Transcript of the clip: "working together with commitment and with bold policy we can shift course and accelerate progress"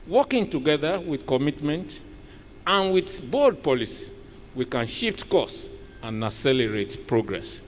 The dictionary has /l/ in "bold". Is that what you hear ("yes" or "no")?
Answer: no